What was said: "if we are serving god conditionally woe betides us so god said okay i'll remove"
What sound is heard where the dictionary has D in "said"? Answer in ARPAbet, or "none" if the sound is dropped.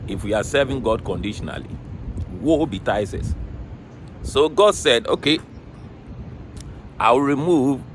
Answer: D